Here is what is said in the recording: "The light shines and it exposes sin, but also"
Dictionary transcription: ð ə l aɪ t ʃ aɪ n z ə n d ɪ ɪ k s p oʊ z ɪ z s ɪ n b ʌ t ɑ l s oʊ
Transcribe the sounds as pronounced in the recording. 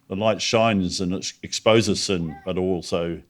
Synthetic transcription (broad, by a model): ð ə l aɪ t ʃ aɪ n z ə n ɪ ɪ k s p oʊ z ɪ s ɪ n b ʌ t ɑ l s oʊ